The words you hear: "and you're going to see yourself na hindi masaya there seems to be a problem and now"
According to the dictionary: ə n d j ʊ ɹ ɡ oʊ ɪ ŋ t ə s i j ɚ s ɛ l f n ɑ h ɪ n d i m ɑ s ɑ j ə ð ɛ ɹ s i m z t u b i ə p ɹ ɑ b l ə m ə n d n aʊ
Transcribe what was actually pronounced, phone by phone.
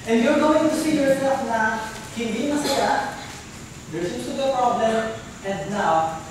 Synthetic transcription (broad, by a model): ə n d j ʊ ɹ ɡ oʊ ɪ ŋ t ə s i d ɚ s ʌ f n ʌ h ɪ n d i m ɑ s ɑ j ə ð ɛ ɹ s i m s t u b ə p ɹ ɑ b l ə m ə n d n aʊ